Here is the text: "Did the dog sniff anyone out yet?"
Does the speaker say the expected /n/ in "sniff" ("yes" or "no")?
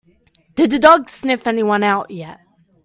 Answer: yes